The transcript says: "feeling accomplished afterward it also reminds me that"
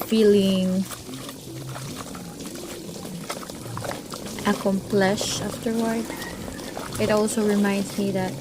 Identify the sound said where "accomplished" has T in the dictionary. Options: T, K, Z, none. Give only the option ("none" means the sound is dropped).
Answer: none